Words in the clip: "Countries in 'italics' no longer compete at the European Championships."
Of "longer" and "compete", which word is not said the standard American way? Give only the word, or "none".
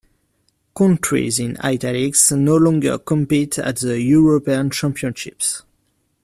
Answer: none